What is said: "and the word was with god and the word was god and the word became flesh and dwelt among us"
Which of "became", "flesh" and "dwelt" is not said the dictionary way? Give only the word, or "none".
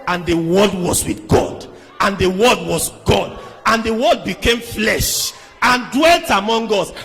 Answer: none